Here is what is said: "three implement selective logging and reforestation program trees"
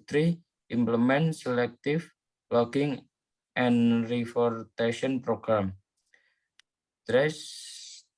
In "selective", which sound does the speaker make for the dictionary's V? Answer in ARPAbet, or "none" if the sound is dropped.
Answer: F